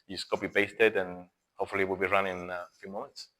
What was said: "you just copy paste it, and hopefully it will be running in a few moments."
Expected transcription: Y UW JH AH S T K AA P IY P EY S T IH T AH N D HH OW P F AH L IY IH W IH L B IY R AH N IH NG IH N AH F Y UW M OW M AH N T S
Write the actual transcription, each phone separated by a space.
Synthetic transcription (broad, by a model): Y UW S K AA B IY B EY S T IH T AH N HH OW P F AH L IY W IH L B IY R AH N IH IH N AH F Y UW M OW M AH N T S